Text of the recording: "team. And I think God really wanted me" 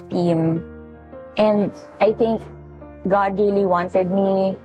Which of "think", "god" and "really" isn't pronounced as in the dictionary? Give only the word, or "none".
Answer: think